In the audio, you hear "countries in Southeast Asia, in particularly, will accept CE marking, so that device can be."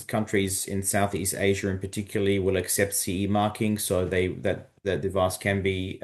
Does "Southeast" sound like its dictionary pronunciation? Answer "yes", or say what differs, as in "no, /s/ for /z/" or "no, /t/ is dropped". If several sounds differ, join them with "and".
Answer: yes